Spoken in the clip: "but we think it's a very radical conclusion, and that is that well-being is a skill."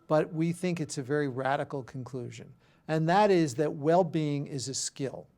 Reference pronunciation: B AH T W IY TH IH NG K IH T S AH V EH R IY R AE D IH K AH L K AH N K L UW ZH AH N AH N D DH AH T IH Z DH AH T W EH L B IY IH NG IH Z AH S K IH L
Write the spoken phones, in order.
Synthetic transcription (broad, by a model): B AH T W IY TH IH NG K IH T S AH V EH R IY R AE D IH K L K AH N K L UW ZH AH N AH N DH AH T IH Z DH AH T W EH L B IY IH NG IH Z AH S K IH L